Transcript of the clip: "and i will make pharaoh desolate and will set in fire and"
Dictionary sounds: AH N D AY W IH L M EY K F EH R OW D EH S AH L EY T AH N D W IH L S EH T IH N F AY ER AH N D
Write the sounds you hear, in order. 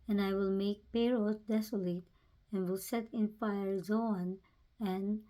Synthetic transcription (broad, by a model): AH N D AY W IH L M EY K P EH R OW D EH S AH L EY T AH N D W IH L S EH T IH N F AY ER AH N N